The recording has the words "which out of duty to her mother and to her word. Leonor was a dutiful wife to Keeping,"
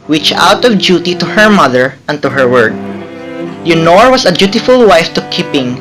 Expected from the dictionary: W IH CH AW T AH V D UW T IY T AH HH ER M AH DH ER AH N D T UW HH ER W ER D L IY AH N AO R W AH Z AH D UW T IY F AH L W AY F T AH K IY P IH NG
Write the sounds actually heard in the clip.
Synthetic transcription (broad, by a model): W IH CH AW T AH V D UW T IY T AH HH ER M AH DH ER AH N T UW HH ER W ER D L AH N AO R W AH S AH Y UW T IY F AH L W AY F T AH K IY P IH NG